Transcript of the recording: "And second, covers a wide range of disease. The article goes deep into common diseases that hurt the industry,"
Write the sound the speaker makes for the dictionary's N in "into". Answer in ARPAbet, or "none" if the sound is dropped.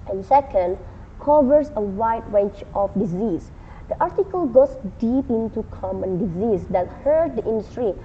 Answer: N